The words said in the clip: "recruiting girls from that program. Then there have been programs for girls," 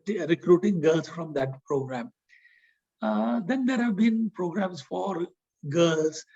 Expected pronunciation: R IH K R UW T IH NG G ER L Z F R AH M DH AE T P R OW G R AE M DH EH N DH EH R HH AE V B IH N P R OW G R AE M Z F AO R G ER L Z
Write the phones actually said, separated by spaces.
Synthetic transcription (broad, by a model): R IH K R UW T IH NG G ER L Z F R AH M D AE T P R OW G R AE M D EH N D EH R HH AE V B IH N P R OW G R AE M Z F AO R G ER L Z